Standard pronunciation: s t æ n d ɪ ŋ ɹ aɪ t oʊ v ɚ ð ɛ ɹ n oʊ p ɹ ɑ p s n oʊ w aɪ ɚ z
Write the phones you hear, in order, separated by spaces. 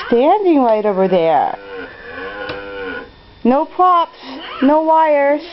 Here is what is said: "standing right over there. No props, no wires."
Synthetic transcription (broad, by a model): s t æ n d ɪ ŋ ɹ aɪ t oʊ v ɚ ð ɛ ɹ n oʊ p ɹ ɑ p s n oʊ w aɪ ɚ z